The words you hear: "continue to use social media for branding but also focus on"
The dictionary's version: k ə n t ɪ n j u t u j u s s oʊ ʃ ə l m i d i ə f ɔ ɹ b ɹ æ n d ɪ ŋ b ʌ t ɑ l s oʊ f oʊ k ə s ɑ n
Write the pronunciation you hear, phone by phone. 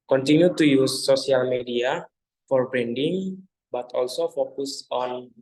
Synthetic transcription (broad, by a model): k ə n t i n j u t u j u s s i ə l m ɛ d i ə f ɔ ɹ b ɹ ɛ n d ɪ ŋ b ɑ t ɑ l s oʊ f oʊ k ə s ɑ n